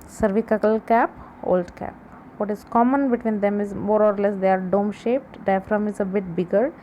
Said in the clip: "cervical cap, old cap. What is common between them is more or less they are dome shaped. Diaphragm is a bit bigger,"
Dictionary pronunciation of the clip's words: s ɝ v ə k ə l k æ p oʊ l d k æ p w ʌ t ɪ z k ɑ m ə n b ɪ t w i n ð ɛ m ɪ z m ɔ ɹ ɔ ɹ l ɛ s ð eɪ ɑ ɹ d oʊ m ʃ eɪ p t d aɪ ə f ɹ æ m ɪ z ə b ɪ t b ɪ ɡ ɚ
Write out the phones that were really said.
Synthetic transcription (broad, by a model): s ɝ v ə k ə l k æ p oʊ l d k æ p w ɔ t ɪ z k ɑ m ə n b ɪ t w i n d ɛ m ɪ z m ɔ ɹ ɔ ɹ l ɛ s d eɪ ɑ ɹ d oʊ m ʃ eɪ p t d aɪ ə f ɹ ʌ m ɪ z ə b ɪ t b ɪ ɡ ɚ